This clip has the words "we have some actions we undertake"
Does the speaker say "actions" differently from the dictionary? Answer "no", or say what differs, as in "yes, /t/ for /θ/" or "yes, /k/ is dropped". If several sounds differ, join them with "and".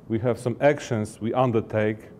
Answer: yes, /s/ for /z/